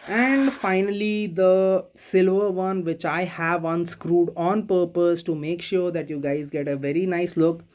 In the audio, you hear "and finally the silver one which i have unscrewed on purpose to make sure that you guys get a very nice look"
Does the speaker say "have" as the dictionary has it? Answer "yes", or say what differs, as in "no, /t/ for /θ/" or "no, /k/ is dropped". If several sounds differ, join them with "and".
yes